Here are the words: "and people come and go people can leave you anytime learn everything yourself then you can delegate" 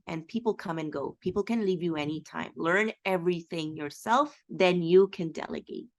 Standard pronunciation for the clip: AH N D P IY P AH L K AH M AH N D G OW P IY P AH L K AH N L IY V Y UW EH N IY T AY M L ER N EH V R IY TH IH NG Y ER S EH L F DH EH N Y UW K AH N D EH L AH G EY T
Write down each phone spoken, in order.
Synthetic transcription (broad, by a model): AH N P IY P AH L K AH M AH N G OW P IY P L K AH N L IY V Y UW EH N IY T AY M L ER N EH V R IY TH IH NG Y ER S EH L F DH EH N Y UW K AH N D EH L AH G EY T